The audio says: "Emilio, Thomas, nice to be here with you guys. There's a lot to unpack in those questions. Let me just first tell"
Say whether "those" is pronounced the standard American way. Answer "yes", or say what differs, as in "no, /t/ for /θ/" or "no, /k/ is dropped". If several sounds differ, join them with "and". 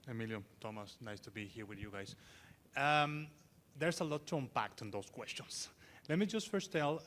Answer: no, /s/ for /z/